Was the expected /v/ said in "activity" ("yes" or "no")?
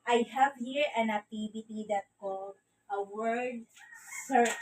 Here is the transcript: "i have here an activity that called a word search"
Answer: no